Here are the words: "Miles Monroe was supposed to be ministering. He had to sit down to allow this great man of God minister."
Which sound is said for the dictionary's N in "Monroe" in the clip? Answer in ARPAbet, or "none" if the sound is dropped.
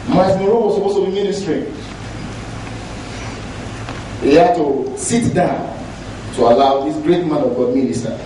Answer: none